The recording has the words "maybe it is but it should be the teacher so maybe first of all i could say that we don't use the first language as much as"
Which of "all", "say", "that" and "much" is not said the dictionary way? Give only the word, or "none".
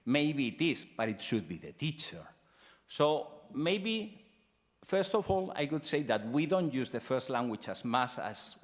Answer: much